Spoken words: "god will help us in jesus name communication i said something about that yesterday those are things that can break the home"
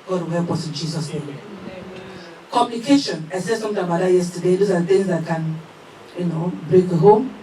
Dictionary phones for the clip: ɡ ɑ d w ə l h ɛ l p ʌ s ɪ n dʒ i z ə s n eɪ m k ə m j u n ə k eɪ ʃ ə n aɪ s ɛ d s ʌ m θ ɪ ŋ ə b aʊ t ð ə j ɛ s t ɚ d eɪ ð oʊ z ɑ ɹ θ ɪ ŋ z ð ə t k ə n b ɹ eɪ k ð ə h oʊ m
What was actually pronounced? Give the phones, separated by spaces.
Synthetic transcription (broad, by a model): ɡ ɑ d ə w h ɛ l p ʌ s ɪ n dʒ i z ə s n eɪ m k ə m j u n ə k eɪ ʃ ə n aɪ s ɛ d s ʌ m t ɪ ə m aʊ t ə j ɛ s t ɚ d eɪ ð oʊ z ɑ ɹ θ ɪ ŋ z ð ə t k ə n b ɹ eɪ k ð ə h oʊ m